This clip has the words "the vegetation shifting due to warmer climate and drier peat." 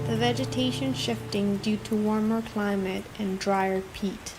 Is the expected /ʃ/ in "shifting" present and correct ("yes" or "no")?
yes